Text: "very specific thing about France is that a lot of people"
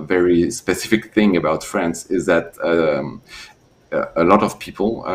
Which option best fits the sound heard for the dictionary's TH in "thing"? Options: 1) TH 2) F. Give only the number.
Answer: 1